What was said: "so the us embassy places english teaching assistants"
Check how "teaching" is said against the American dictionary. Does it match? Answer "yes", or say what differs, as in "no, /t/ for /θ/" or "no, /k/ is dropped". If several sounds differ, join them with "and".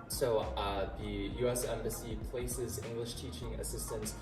yes